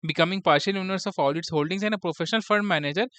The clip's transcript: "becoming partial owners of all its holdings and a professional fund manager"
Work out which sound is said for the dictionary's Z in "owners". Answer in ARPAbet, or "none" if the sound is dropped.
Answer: S